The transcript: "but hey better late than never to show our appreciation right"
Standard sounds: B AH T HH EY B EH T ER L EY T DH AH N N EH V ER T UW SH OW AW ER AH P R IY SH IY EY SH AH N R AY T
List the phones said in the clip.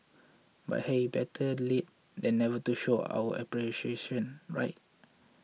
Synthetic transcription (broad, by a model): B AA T HH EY B EH T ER L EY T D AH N N EH V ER T UW SH OW AW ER AH P R IY SH IY EY SH AH N R AY T